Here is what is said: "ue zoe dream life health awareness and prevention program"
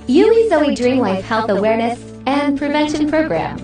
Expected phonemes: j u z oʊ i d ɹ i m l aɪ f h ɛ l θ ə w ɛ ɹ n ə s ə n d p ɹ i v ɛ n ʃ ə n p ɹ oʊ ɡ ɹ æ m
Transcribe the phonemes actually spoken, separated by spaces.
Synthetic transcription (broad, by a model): j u z oʊ i d ɹ i m l aɪ f h ɛ l θ ə w ɛ ɹ n ə s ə n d p ɹ i v ɛ n ʃ ə n p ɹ oʊ ɡ ɹ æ m